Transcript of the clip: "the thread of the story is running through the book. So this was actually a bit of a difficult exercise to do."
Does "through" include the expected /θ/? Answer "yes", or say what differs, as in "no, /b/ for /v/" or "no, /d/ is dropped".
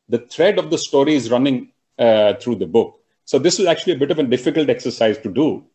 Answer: no, /t/ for /θ/